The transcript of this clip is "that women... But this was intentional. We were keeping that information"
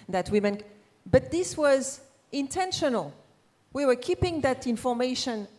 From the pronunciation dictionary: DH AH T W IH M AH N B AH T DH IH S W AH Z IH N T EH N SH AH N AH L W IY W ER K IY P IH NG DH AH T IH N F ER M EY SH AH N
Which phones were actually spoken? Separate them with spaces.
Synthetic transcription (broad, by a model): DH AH T W IH M AH N B AH T DH IH S W AH Z IH N T EH N SH AH N AH L W IY W ER K IY P IH NG DH AH T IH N F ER M EY SH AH N